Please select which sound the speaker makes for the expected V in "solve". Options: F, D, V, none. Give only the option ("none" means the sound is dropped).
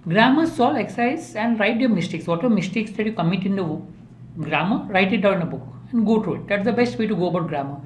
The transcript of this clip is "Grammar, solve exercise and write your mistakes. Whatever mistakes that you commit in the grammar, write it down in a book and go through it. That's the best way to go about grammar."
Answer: none